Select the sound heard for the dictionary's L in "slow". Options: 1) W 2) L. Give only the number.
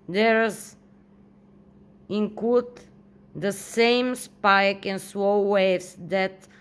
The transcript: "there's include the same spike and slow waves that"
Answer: 1